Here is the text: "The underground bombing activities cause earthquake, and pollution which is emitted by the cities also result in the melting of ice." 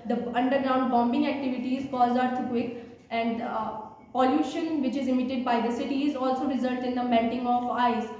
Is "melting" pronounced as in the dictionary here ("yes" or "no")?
no